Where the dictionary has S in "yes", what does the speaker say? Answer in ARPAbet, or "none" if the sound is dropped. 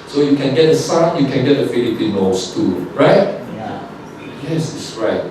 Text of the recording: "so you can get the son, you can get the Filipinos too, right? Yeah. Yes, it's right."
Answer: S